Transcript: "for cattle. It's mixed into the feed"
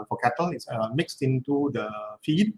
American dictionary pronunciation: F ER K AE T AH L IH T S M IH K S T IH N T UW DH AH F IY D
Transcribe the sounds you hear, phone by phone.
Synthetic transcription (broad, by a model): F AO K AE T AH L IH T S M IH K S T IH N T UW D AH F IY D